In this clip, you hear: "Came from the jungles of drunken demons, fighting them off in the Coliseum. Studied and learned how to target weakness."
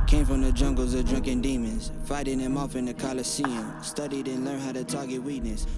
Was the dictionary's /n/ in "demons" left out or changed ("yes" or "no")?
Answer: no